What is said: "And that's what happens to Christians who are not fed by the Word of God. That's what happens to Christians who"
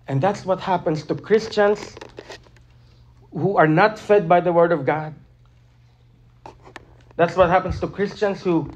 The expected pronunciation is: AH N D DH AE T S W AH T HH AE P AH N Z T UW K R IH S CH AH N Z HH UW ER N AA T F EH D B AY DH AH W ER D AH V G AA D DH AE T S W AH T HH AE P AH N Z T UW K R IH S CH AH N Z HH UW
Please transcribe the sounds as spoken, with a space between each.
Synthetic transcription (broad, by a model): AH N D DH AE T S W AH T HH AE P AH N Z T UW K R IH S CH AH N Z HH UW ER N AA T F EH D B AY DH AH W ER D AH V G AA D DH AE T S W AH T HH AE P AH N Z T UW K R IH S CH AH N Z HH UW